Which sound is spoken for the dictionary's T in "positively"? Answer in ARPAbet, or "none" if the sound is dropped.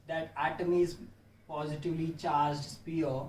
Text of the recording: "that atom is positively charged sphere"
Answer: T